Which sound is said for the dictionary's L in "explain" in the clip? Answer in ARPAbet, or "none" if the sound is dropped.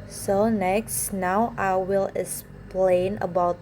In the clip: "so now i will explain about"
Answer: L